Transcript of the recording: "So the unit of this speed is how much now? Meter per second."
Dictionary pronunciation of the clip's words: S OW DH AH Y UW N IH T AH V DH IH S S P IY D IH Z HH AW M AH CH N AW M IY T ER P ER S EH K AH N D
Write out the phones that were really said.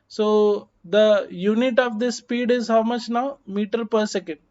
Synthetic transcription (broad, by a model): S OW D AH Y UW N IH T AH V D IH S S P IY D IH Z HH AW M AH CH N AW M IY T ER P ER S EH K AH N D